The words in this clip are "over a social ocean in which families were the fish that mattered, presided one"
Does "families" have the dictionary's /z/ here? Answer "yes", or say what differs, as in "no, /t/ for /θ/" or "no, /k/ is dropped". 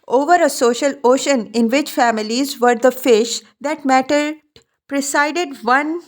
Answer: yes